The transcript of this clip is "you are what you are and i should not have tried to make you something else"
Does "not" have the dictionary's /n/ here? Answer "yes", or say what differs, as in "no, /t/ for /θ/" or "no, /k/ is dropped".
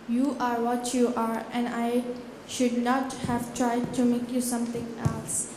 yes